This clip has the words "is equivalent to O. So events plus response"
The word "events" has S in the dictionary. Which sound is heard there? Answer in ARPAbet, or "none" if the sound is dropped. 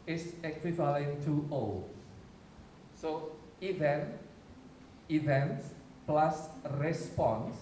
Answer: S